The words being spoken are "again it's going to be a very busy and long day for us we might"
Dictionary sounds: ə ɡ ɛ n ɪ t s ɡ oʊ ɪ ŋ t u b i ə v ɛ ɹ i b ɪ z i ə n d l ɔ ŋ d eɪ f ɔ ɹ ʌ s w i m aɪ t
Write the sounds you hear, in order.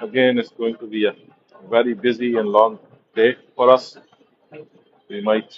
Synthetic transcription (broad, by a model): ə ɡ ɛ n ɪ t s ɡ oʊ ɪ ŋ t u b i ə v ɛ ɹ i b ɪ z i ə n l ɔ ŋ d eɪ f ɔ ɹ ʌ s w i m aɪ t